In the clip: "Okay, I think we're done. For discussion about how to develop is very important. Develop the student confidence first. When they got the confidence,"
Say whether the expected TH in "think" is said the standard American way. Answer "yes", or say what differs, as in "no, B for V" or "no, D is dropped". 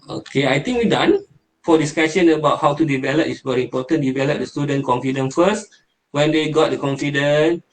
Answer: no, T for TH